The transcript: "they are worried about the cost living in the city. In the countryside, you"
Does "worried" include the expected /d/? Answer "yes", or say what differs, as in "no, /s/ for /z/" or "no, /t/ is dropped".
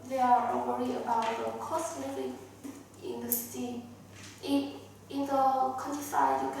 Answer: no, /d/ is dropped